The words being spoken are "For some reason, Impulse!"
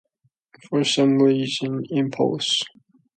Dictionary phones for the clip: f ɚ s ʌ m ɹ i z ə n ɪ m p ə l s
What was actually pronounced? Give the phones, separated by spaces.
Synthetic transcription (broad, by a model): f ɚ s ʌ m l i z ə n ɪ m p ə l s